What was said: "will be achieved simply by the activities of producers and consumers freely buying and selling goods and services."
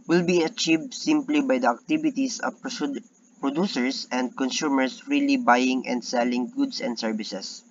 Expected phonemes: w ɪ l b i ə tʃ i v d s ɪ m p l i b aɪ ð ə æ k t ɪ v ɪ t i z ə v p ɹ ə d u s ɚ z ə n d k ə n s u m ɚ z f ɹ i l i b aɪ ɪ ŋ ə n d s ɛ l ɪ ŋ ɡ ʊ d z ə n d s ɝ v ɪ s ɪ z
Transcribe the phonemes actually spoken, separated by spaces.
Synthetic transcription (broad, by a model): w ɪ l b i ə tʃ i v d s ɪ m p l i b aɪ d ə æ k t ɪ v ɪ t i s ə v p ɹ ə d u s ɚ s ə n d k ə n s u m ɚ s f ɹ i l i b aɪ ɪ ŋ ə n d s ɛ l ɪ ŋ ɡ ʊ d s ə n d s ɝ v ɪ s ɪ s